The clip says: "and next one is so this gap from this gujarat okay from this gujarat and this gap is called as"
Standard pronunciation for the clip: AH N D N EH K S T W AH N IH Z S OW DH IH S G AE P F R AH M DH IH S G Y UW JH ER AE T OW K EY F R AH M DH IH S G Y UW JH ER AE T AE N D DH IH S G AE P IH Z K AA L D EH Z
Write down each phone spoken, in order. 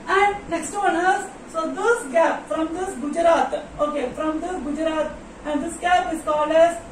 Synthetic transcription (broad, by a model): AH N D N EH K S T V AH N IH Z S OW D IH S G AE P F R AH M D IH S G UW JH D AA T OW K EY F R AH M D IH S G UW JH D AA T AE N D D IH S G AE P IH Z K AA L EH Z